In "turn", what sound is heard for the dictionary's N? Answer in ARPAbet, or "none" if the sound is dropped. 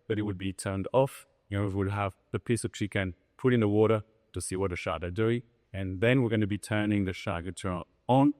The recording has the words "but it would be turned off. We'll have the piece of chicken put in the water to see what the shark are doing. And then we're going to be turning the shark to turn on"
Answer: none